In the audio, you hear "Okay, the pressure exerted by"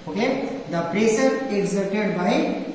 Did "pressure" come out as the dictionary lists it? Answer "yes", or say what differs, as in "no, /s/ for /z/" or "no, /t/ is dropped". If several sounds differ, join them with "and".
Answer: no, /s/ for /ʃ/